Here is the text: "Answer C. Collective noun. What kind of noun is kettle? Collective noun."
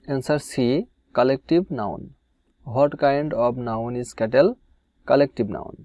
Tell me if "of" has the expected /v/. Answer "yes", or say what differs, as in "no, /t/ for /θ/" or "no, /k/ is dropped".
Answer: no, /b/ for /v/